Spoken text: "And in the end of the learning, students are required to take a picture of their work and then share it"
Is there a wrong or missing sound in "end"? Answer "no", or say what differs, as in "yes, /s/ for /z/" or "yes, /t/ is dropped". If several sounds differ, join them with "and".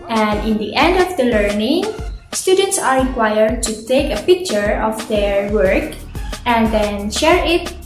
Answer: no